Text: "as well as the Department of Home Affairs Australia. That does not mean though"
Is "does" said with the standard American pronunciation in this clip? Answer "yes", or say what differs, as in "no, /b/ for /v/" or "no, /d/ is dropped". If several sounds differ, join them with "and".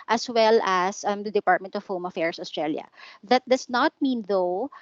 no, /s/ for /z/